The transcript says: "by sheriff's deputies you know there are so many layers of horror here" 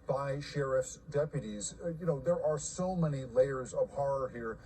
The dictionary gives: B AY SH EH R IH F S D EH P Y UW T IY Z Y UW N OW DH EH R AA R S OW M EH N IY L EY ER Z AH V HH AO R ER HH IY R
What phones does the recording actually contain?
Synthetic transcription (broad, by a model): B AY SH EH R IH F S D EH P Y UW T IY Z Y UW N OW DH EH R AA R S OW M EH N IY L EY ER Z AH V HH AO R ER HH IY R